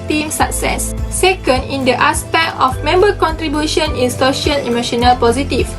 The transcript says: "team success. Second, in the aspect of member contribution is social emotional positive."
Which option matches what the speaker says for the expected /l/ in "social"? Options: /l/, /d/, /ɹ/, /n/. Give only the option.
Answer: /n/